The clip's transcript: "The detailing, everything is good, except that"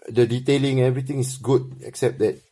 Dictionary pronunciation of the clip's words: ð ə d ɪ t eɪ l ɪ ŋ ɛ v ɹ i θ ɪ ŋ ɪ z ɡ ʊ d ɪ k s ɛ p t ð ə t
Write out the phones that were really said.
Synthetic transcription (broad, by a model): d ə d ɪ t eɪ l ɪ ŋ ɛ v ɹ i t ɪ ŋ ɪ s ɡ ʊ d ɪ k s ɛ p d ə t